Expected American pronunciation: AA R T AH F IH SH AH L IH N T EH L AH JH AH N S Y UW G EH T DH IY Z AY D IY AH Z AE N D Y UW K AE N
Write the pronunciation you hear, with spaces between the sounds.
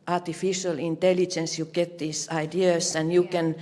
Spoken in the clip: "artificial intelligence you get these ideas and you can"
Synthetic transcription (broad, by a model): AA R T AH F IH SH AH L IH N T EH L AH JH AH N S Y UW G EH T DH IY S AY D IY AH S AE N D Y UW K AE N